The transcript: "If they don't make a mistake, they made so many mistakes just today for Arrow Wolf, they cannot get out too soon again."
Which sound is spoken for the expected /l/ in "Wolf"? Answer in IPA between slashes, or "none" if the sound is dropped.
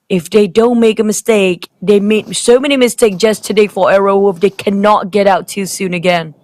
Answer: none